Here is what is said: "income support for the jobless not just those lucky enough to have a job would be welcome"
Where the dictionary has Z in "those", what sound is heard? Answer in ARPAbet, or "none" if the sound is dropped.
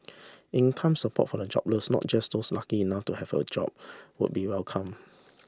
S